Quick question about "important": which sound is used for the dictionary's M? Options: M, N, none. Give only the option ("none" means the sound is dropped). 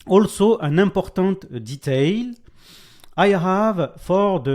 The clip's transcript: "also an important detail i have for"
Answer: none